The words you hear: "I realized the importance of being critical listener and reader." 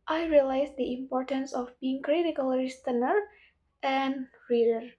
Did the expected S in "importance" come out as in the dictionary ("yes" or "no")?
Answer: yes